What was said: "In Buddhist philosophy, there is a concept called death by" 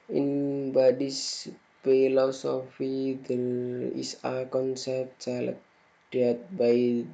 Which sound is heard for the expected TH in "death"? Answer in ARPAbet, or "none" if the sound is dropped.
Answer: T